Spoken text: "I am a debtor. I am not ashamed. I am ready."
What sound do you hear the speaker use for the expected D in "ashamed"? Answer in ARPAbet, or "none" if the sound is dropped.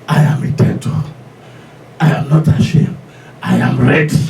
none